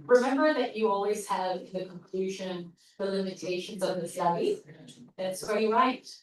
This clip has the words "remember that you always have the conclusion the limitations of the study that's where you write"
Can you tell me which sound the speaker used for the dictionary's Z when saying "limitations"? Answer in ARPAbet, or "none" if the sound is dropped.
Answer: Z